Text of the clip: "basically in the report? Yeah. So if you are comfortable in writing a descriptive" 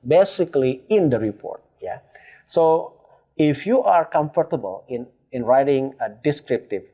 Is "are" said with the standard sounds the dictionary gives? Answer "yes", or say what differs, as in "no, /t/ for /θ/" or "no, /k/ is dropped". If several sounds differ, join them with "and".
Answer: yes